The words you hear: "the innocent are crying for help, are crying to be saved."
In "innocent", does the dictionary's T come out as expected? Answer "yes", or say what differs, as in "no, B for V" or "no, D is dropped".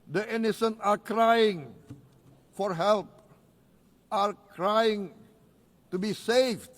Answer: no, T is dropped